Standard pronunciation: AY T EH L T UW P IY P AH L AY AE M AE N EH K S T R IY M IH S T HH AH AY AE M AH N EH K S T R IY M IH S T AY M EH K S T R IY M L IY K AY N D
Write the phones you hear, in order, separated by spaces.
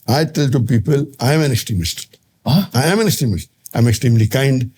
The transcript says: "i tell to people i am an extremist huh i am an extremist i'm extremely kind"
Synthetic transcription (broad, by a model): AY T EH L T UW P IY P AH L AY M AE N EH K S T R IY M IH S T AY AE M AH N EH K S T R IY M IH S T AY M EH K S T R IY M L IY K AY N D